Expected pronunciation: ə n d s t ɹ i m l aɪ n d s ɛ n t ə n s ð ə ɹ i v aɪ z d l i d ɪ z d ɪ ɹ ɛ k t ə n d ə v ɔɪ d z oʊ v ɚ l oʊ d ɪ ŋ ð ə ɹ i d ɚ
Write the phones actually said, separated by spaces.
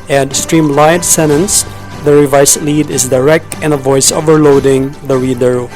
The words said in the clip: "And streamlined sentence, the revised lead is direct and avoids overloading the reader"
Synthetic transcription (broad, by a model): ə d s t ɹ i m l aɪ d s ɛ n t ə n s ð ə ɹ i v aɪ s l i d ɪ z d ɪ ɹ ɛ k t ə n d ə v ɔɪ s oʊ v ɚ l oʊ d ɪ ŋ ð ə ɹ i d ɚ